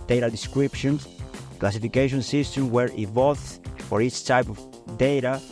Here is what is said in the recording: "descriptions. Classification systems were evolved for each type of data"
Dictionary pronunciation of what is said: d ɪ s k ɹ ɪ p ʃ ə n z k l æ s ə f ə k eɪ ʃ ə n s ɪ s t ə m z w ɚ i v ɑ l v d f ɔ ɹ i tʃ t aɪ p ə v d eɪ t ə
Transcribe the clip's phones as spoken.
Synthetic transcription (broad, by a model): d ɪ s k ɹ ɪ p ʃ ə n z k l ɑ s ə f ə k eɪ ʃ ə n s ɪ s t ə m w ɚ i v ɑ l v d f ɔ ɹ i tʃ t aɪ p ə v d eɪ t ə